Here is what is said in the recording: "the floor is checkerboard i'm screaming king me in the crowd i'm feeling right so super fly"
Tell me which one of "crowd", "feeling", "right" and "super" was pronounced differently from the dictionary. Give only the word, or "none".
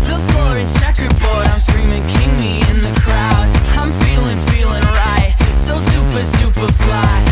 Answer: none